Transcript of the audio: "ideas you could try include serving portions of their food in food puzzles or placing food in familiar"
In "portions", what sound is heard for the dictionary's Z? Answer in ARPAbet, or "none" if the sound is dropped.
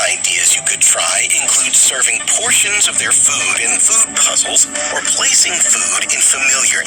Z